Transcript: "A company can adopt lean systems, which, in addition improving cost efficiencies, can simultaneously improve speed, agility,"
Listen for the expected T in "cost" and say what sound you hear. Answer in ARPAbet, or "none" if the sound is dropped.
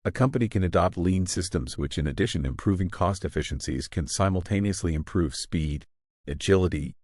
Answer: T